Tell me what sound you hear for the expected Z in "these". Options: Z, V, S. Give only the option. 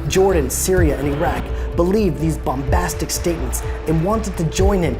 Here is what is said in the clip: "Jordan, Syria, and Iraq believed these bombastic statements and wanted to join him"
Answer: Z